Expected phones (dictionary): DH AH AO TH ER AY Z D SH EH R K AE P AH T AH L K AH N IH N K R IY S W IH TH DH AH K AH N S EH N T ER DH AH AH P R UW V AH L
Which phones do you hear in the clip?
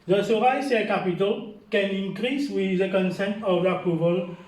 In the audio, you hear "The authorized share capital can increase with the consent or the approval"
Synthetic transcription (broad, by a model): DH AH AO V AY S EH L K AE P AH T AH L K AH N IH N K R IY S W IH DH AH K AH N S EH N T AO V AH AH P R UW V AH L